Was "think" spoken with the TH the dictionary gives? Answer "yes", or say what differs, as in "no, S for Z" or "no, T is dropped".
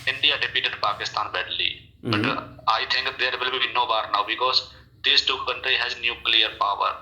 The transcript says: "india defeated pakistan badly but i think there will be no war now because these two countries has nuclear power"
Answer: no, T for TH